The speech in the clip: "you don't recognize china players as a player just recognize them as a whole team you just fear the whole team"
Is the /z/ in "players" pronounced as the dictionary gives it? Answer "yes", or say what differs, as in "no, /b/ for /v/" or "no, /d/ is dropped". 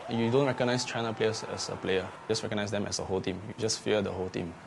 no, /s/ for /z/